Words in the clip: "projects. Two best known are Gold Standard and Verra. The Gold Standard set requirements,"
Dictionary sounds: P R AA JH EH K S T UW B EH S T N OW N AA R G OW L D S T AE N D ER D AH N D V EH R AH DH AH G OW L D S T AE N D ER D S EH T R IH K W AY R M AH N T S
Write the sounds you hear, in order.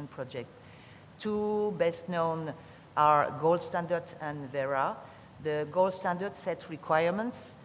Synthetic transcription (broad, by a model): P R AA JH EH K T T UW B EH S T N OW N AA R G OW L D S T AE N D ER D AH N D V EH R AH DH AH G OW L D S T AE N D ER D S EH T R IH K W AY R M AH N T S